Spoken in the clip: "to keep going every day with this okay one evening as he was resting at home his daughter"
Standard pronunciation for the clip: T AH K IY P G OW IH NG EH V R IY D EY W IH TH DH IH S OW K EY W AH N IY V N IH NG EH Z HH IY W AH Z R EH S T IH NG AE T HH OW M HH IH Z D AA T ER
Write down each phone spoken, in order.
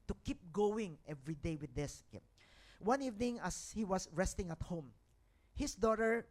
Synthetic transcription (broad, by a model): T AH K IY P G OW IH NG EH V R IY D EY W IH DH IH S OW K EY W AH N IY V N IH NG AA S HH IY W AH S R EH S T IH NG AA T HH OW M HH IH S D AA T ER